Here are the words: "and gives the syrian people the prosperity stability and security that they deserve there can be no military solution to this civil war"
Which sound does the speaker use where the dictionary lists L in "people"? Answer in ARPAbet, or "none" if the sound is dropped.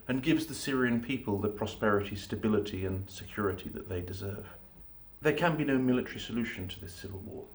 L